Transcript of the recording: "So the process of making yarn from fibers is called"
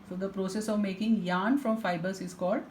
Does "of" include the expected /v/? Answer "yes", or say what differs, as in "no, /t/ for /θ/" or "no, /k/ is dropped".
yes